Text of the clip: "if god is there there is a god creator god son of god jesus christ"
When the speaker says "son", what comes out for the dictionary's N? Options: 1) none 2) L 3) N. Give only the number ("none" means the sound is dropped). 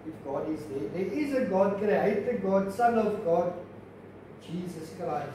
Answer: 2